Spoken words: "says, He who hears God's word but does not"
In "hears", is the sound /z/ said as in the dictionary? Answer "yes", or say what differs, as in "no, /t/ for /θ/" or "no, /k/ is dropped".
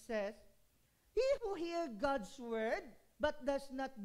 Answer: no, /z/ is dropped